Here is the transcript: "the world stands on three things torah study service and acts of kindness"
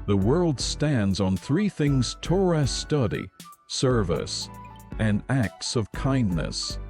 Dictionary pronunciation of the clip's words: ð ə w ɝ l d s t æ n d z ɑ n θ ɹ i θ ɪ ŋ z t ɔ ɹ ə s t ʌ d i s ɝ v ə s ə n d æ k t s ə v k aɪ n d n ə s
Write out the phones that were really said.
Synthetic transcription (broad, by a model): ð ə w ɝ l d s t æ n d z n θ ɹ i θ ɪ ŋ z t ɔ ɹ ə s t ʌ d i s ɝ v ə s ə n æ k t s ə v k aɪ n n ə s